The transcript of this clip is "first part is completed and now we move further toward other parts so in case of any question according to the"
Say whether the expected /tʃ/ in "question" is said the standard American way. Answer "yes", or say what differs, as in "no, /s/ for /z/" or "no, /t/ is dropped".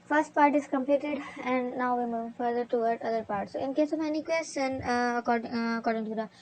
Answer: no, /s/ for /tʃ/